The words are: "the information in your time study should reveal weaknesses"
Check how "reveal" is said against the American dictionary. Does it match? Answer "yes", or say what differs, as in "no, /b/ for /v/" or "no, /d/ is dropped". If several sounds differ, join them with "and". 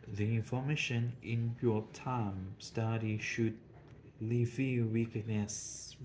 no, /l/ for /ɹ/